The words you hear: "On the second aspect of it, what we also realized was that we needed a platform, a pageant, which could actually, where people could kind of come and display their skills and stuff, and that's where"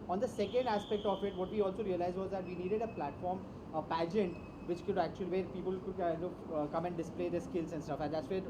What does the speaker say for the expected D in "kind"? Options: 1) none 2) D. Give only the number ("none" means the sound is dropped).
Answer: 1